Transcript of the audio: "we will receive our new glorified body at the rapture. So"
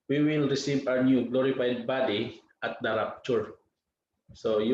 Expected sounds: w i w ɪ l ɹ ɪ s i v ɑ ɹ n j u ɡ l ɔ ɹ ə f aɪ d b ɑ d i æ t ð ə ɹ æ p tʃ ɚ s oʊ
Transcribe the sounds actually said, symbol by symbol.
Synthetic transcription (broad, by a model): w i w ɪ l ɹ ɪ s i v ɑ w n j u ɡ l ɔ ɹ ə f aɪ d b ɑ d i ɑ t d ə ɹ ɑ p tʃ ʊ s oʊ